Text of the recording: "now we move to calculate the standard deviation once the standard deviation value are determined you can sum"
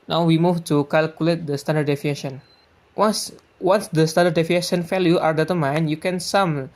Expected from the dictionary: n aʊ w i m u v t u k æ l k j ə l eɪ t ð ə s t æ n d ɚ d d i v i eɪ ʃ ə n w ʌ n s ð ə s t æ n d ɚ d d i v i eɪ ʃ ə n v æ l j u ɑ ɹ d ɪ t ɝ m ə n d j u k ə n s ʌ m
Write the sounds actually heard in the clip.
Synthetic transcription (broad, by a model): n aʊ w i m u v t u k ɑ l k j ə l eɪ t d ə s t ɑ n d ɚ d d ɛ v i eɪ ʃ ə n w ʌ n s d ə s t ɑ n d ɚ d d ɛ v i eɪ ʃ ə n f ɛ l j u ɑ ɹ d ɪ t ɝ m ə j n j u k ə n s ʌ m